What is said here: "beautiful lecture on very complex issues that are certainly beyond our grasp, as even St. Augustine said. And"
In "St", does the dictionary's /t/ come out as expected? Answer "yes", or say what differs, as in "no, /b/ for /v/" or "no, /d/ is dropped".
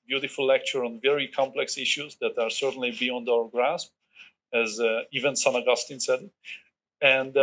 no, /t/ is dropped